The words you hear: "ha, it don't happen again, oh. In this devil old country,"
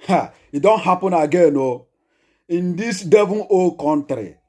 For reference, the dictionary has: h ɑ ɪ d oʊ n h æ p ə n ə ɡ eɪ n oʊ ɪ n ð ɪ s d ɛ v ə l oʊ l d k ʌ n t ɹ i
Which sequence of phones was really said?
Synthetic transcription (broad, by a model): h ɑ ɪ d oʊ n h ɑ p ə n ə ɡ eɪ n oʊ ɪ n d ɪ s d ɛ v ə n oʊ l k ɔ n t ɹ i